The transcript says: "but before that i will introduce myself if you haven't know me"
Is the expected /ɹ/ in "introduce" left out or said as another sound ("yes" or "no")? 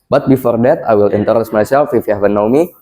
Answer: yes